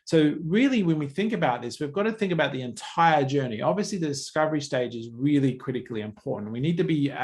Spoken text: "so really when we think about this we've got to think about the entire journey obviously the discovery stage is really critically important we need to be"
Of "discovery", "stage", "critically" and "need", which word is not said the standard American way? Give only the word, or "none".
none